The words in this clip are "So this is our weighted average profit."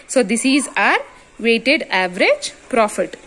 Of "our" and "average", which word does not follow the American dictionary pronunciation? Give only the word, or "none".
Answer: none